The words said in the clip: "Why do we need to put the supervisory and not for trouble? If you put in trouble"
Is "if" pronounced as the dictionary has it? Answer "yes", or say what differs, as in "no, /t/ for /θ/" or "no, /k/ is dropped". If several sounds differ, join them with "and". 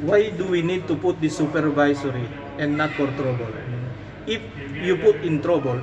yes